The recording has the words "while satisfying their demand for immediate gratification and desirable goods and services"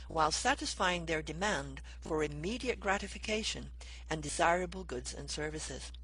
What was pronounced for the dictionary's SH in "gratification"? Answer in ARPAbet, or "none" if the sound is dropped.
SH